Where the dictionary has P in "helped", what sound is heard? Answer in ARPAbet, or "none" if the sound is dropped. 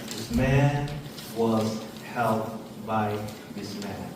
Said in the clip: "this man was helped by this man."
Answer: none